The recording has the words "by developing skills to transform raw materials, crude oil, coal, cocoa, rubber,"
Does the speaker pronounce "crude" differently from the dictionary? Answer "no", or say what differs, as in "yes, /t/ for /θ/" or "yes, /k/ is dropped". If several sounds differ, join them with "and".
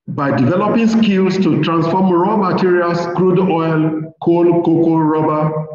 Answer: no